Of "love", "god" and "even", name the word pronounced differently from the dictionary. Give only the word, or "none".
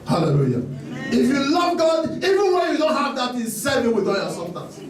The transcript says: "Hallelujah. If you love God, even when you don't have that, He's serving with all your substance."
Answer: none